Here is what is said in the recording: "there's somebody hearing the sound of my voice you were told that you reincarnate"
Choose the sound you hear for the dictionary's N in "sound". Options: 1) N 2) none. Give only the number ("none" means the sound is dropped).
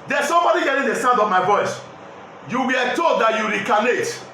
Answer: 1